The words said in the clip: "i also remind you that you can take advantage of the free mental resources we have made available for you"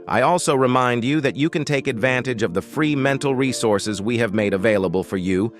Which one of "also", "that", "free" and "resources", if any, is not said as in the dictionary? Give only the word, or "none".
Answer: none